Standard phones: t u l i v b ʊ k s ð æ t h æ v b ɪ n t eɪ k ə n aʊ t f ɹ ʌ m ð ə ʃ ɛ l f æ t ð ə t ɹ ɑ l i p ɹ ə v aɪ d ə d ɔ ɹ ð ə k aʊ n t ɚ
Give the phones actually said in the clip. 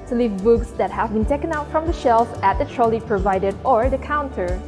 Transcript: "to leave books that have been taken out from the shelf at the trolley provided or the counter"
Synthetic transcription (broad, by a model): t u l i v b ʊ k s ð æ t h æ v b ɪ n t eɪ k ə n aʊ t f ɹ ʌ m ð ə ʃ ɛ l f æ t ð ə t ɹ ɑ l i p ɹ ə v aɪ d ə d ɔ ɹ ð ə k aʊ n t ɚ